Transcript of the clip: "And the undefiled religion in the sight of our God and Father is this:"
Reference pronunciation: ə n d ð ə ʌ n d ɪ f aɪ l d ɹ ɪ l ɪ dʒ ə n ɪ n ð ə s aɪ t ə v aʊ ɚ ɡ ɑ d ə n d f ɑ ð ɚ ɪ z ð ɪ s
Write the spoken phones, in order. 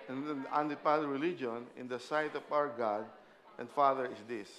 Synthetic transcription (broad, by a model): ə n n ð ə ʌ n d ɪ p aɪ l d ɹ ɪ l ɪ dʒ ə n ɪ n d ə s aɪ t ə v aʊ ɚ ɡ ɑ d ə n d f ɑ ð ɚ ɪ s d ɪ s